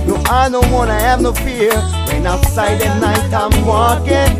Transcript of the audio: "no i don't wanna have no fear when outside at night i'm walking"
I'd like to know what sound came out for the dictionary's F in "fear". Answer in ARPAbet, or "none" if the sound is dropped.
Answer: P